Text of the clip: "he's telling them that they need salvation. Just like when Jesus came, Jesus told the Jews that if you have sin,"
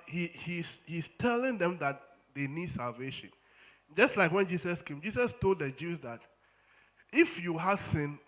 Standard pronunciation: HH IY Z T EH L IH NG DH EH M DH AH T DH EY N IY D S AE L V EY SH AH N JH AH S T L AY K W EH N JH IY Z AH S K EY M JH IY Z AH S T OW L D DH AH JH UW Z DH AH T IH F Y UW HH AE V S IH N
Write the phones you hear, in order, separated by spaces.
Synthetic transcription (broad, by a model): HH IY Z T EH L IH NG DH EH M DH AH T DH EY N IY D S AE L V EY SH AH N JH AH S T L AY K W EH N JH IY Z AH S K EY M JH IY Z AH S T OW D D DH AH JH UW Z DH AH T IH F Y UW HH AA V S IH N